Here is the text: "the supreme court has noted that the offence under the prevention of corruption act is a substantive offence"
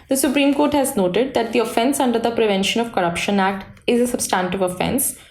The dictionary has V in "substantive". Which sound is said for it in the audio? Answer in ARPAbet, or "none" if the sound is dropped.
V